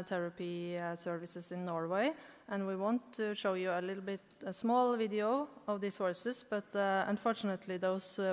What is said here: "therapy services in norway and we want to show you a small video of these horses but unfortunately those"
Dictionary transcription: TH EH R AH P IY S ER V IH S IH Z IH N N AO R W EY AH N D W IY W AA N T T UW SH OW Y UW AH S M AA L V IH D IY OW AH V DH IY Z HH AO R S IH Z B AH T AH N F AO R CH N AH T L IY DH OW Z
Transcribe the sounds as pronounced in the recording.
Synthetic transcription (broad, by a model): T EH R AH P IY S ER V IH S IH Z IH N N AO R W EY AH N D W IY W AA N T T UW SH OW Y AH AH S M AA L V IH D IY OW AH V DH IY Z HH AO R S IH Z B AH T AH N F AO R CH N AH T L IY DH OW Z